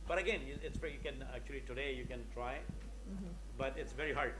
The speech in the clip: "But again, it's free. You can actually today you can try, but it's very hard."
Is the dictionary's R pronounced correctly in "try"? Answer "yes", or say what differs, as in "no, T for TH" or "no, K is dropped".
yes